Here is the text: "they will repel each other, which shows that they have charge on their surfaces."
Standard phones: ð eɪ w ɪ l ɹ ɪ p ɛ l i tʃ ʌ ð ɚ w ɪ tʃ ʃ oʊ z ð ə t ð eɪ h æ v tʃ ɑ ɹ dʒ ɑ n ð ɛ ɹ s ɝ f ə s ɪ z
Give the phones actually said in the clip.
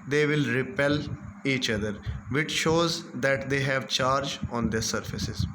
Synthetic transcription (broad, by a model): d eɪ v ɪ l ɹ ɪ p ɛ l i tʃ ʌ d ɚ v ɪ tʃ ʃ oʊ z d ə t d eɪ h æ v tʃ ɑ ɹ dʒ ɑ n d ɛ ɹ s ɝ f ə s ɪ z